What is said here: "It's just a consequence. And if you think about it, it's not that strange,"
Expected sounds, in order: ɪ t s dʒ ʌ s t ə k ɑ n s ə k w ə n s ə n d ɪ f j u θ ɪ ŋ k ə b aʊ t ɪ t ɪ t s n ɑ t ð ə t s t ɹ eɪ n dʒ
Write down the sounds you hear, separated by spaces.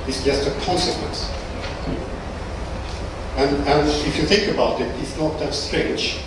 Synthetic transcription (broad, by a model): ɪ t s dʒ ʌ s t ə k ɑ n s ə k w ə n s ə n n ɪ f j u θ ɪ ŋ k ə b aʊ t ɪ t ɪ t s n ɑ t ð ə t s t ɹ eɪ n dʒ